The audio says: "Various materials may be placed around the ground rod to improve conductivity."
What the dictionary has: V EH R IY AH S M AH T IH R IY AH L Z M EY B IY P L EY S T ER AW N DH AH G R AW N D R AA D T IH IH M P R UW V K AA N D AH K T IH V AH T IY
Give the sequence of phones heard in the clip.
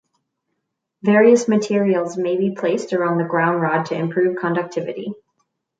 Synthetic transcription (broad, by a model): V EH R IY AH S M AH T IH R IY L Z M EY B IY P L EY S T ER AW N DH AH G R AW N D R AA D T IH IH M P R UW V K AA N D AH K T IH V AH T IY